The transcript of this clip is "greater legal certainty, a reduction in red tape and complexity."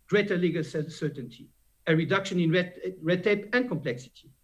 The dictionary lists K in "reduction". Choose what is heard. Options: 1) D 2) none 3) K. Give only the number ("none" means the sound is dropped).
3